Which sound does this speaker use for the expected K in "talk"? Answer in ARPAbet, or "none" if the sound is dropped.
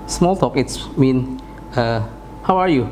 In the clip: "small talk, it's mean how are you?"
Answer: K